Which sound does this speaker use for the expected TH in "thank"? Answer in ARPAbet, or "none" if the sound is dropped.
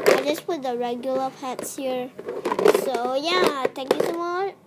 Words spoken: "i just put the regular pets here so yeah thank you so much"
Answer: T